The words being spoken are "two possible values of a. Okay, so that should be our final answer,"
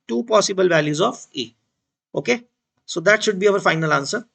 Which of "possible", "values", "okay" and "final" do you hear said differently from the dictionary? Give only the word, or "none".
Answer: none